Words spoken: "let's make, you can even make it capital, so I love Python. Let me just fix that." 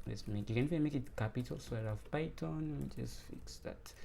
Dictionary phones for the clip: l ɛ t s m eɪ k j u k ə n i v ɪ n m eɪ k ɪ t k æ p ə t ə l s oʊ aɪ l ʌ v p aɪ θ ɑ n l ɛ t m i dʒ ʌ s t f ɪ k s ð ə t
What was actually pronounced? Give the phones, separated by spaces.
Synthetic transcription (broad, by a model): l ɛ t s m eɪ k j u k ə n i f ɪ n m eɪ k ɪ t k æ p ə t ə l s oʊ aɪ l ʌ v p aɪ t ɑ n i dʒ ʌ s t f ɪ k s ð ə t